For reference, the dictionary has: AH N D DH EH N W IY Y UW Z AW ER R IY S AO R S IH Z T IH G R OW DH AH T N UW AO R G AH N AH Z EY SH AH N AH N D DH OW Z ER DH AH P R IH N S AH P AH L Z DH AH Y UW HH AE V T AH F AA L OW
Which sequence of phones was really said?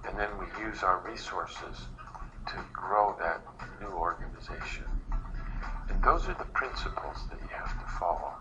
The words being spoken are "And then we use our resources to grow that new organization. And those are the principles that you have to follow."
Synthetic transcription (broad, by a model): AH N DH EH N W IY Y UW Z AW ER R IY S AO R S IH Z T IH G R OW DH AH T N UW AO R G AH N AH Z EY SH AH N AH N DH OW Z ER DH AH P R IH N S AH P L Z DH AH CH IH HH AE F T AH F AA L OW